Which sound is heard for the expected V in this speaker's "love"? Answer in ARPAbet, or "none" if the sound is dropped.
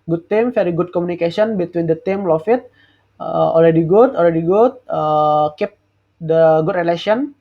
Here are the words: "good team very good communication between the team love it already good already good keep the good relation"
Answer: F